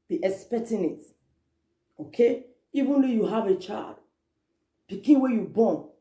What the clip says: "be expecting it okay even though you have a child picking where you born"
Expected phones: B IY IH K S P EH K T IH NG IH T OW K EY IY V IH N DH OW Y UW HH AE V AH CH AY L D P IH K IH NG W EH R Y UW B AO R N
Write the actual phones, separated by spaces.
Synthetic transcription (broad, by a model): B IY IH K S P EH K T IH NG IH T OW K EY IY V IH N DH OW Y UW HH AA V AH CH AY L D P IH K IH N W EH Y UW B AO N